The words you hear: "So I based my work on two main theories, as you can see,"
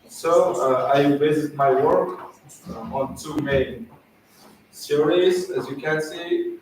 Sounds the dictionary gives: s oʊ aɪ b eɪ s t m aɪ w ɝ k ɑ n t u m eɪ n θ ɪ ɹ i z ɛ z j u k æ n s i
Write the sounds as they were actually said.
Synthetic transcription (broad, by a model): s oʊ aɪ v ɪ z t m aɪ w ɝ k ɑ n t u m eɪ n s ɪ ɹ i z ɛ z j u k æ n s i